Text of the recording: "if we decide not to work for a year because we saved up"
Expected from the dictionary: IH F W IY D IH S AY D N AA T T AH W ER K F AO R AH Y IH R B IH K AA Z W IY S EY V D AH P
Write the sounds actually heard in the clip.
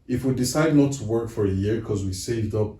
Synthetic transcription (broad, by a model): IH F W IY D IH S AY D N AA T T AH W ER K F AO R AH Y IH R K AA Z W IY S EY V D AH P